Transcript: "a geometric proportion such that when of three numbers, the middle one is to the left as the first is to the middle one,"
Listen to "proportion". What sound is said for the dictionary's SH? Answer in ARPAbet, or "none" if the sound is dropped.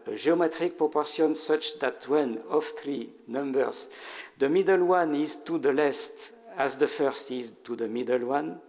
S